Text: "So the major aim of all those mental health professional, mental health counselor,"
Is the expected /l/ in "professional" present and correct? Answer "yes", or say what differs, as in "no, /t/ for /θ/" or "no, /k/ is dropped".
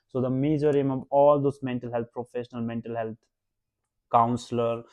yes